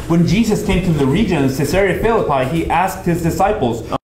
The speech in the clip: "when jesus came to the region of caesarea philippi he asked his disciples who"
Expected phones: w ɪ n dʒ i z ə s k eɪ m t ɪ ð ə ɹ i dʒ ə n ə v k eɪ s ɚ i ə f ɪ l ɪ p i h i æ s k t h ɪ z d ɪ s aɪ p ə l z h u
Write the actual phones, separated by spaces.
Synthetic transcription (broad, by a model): w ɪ n dʒ i z ə s k eɪ m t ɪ ð ə ɹ i dʒ ə n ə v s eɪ s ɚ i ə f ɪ l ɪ p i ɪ i æ s k t h ɪ z d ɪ s aɪ p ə l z